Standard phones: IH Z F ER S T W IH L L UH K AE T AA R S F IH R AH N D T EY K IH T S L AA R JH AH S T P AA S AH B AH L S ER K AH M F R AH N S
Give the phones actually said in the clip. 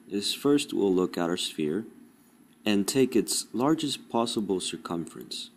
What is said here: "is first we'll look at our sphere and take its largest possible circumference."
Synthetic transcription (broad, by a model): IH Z F ER S T W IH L L UH K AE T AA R S F IH R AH N T EY K IH T S L AA R JH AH S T P AA S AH B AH L S ER K AH M F R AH N S